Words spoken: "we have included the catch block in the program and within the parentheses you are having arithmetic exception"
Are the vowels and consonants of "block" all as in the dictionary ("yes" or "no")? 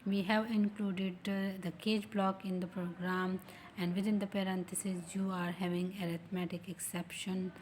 yes